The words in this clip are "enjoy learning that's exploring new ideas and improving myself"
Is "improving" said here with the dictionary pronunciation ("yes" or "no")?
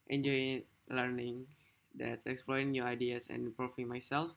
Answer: no